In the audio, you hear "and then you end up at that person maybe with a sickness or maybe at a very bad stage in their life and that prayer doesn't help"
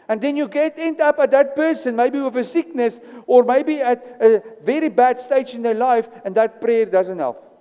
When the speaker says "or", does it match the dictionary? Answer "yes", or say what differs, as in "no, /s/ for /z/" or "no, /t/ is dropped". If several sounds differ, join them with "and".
yes